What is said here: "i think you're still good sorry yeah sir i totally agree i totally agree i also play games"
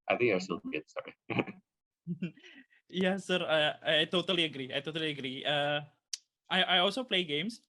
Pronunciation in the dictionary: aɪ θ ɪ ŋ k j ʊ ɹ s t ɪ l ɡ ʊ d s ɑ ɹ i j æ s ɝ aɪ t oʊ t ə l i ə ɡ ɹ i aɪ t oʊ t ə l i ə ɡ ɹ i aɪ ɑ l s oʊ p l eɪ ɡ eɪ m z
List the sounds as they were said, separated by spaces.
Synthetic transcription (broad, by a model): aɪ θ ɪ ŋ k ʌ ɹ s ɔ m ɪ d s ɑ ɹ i j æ s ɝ aɪ t oʊ t ə l i ə ɡ ɹ i aɪ t oʊ t ə l i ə ɡ ɹ i aɪ ɑ l s oʊ p l eɪ ɡ eɪ m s